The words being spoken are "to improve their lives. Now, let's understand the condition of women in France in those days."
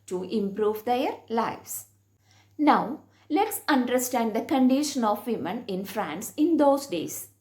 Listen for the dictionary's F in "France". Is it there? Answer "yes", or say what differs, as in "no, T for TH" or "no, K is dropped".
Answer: yes